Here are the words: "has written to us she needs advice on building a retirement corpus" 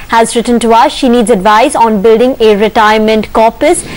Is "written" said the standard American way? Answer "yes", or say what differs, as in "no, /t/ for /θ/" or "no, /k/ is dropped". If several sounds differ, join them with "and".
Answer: yes